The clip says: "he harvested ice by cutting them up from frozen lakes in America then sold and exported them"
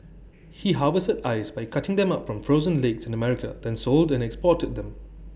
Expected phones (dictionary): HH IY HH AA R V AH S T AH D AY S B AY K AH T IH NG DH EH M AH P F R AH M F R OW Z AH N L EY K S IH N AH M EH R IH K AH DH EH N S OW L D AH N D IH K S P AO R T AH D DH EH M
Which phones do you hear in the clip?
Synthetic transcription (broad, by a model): HH IY HH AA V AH S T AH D AY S B AY K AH T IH NG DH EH M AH P F R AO M F R OW Z AH N L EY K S IH N AH M EH R IH K AH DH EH N S OW L D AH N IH K S P AO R T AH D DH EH M